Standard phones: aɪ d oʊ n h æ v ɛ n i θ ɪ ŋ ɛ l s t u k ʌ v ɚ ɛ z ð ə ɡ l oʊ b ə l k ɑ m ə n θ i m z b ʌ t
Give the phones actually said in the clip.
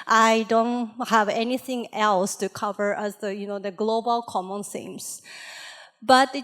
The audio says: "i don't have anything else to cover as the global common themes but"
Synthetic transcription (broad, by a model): aɪ d oʊ n h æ v ɛ n i θ ɪ ŋ ɛ l s t u k ʌ v ɚ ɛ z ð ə ɡ l oʊ b ə l k ɑ m ə n s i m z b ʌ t